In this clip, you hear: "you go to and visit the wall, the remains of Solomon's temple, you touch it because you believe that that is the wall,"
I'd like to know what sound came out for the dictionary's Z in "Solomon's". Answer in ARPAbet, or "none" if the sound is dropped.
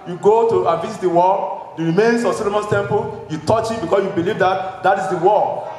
S